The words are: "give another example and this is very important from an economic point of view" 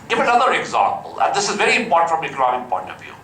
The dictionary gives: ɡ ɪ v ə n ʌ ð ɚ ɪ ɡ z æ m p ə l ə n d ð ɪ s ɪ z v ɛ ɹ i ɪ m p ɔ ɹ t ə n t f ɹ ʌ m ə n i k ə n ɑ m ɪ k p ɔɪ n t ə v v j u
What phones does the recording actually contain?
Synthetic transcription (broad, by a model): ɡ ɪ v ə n ʌ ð ɚ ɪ ɡ z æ m p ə l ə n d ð ɪ s ɪ z v ɛ ɹ i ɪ m p ɔ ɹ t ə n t f ɹ ʌ m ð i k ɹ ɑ ɪ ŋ p ɔɪ n t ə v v j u